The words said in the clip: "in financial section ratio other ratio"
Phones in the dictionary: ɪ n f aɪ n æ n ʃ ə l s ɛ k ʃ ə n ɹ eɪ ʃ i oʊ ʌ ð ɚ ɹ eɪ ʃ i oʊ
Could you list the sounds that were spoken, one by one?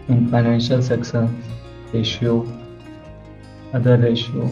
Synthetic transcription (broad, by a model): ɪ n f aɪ n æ n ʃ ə l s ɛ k s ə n ɹ eɪ ʃ i oʊ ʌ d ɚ ɹ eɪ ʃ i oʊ